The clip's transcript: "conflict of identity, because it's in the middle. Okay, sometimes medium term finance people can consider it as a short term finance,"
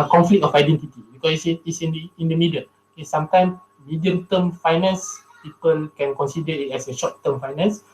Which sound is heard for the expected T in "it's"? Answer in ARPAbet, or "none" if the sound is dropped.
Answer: S